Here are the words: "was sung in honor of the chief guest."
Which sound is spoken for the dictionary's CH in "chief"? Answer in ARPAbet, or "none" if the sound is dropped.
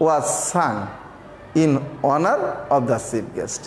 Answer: S